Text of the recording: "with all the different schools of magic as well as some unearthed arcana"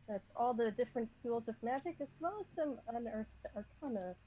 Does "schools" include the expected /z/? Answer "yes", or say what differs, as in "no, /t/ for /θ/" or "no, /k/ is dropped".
yes